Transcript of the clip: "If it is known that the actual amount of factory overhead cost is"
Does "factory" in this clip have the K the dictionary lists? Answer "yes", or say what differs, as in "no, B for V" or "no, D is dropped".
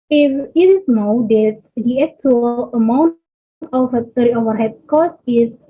no, K is dropped